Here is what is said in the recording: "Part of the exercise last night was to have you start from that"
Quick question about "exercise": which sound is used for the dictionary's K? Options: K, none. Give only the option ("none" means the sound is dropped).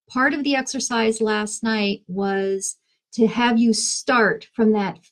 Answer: K